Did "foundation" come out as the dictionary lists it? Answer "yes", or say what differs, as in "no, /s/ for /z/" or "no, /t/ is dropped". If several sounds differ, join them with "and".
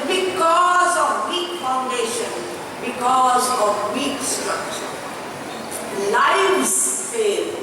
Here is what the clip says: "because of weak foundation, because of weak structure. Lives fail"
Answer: yes